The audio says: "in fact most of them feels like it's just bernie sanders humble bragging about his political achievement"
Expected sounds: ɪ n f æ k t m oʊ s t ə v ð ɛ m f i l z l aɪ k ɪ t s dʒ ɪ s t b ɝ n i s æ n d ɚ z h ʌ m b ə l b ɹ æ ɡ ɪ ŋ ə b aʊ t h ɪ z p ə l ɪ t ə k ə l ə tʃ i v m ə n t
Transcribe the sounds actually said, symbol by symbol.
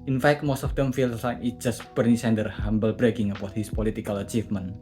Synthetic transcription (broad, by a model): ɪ n f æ k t m oʊ s t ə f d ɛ m f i l s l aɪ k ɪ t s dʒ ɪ s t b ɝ n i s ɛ n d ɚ h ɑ m b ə l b ɹ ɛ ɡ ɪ ŋ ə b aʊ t h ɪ s p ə l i t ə k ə l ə tʃ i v m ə n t